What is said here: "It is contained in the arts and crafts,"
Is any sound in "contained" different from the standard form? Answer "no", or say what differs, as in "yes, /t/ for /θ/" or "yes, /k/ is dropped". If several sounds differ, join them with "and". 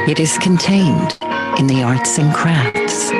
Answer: no